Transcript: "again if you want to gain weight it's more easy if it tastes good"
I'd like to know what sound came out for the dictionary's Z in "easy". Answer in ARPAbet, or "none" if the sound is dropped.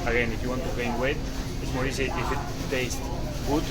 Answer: S